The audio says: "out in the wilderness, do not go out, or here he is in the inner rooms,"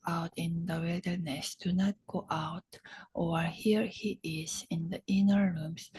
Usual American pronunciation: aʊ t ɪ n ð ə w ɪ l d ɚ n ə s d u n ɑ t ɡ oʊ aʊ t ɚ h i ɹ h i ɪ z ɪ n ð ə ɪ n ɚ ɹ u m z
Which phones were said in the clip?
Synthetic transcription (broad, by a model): aʊ t ɪ n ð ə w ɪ d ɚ n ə s d u n ɑ t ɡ oʊ aʊ t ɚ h i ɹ h i ɪ z ɪ n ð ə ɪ n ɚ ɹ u m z